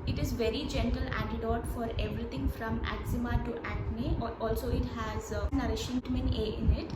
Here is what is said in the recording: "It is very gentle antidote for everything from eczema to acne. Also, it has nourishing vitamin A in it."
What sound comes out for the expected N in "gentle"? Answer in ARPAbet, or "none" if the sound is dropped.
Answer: N